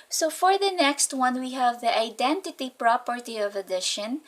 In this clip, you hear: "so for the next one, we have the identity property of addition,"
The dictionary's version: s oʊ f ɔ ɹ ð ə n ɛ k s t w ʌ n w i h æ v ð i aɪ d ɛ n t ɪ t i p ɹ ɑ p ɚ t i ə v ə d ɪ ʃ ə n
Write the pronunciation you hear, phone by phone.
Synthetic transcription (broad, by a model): s oʊ f ɔ ɹ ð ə n ɛ k s t w ʌ n w i h æ v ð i aɪ d ɛ n t ɪ t i p ɹ ɑ p ɚ t i ə v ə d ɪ ʃ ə n